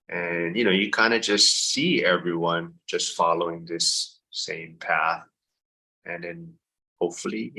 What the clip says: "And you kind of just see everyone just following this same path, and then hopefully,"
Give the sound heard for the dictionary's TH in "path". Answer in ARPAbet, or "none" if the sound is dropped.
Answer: TH